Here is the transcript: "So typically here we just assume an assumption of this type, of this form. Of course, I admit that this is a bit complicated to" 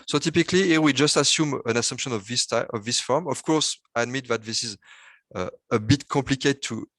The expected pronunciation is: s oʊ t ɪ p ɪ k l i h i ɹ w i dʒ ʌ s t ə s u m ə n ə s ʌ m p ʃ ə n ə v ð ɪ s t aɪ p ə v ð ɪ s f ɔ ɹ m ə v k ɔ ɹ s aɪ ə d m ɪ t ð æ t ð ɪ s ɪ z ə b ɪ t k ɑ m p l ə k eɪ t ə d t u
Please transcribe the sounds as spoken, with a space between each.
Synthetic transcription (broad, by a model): s oʊ t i p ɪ k l i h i w i dʒ ʌ s t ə s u m ə n ə s ʌ m p ʃ ə n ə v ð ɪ s t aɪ ə v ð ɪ s f ɔ ɹ m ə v k ɔ ɹ s aɪ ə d m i t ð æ t ð ɪ s ɪ z ə b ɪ t k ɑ p l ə k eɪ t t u